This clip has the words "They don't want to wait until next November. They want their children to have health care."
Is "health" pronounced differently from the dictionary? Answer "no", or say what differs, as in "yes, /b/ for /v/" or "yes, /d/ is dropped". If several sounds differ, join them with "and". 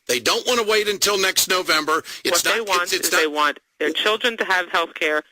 no